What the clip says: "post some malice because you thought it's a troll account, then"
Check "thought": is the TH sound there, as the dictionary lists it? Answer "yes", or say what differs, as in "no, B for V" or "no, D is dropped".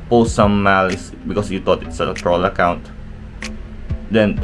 no, T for TH